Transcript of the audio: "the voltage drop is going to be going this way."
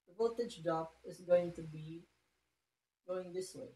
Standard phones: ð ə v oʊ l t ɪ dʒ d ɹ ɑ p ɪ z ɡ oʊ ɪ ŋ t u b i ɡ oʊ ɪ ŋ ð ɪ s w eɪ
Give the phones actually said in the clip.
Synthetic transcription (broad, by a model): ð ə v oʊ t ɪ dʒ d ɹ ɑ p ɪ z ɡ oʊ ɪ ŋ t u b i ɡ oʊ ɪ ŋ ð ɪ s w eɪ